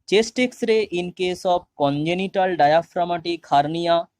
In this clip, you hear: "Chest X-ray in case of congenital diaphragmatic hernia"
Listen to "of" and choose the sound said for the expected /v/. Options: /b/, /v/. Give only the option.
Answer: /b/